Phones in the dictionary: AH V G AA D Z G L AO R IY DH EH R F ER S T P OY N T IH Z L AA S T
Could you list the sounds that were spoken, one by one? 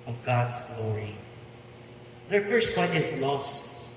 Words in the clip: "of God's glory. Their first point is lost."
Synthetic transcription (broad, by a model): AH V G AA D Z G L AO R IY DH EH R F ER S T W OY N IH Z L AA S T